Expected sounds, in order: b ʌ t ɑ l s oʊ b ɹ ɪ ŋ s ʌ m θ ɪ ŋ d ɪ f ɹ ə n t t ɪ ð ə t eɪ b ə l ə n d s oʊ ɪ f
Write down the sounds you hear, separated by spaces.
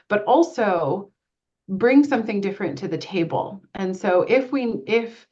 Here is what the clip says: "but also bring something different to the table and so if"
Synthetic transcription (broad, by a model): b ʌ t ɑ l s oʊ b ɹ ɪ ŋ s ʌ m θ ɪ ŋ d ɪ f ɹ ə n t t ɪ ð ə t eɪ b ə l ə n s oʊ ɪ f